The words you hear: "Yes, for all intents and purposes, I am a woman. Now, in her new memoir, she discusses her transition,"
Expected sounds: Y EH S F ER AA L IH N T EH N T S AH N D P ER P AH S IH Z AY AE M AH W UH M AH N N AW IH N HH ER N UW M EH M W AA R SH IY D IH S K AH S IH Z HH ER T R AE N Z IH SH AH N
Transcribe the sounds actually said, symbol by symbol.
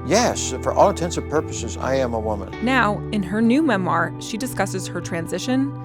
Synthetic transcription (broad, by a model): Y EH S F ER AA L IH N T EH N S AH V P ER P AH S IH Z AY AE M AH W UH M AH N N AW IH N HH ER N UW M EH M W AA R SH IY D IH S K AH S IH Z HH ER T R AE N Z IH SH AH N